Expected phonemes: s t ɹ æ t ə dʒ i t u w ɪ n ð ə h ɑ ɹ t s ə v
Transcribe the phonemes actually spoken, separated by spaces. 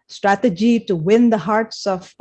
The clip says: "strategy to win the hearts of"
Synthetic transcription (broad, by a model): s t ɹ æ t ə dʒ i t u w ɪ n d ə h ɑ ɹ t s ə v